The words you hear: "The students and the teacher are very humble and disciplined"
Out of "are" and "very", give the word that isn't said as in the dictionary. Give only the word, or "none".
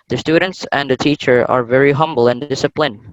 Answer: none